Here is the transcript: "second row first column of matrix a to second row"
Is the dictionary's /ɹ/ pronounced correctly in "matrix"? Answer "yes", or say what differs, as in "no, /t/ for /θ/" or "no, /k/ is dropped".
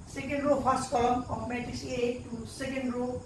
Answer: no, /ɹ/ is dropped